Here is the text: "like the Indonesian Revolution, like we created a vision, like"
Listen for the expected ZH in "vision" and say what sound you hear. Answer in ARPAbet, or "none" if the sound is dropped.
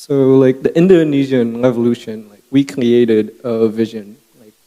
ZH